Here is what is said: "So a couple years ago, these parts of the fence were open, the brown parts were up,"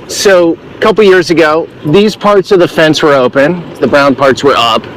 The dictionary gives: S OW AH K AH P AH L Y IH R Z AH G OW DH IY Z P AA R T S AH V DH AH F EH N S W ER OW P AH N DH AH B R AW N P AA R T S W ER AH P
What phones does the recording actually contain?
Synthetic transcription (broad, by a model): S OW AH K AH P L Y IH R Z AH G OW DH IY Z P AA R T S AH V DH AH F EH N S W ER OW P AH N DH AH B R AW N P AA R T S W ER AH P